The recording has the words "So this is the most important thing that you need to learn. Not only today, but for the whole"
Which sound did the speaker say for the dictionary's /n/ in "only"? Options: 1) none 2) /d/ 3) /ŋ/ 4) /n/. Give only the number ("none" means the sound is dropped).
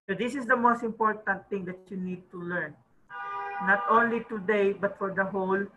4